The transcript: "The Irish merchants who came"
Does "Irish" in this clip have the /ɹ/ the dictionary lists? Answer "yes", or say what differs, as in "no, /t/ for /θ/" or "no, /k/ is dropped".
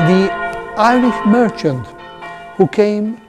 no, /l/ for /ɹ/